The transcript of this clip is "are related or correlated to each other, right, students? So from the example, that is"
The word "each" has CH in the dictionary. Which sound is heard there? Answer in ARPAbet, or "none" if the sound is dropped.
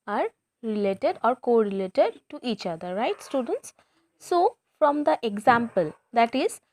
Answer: CH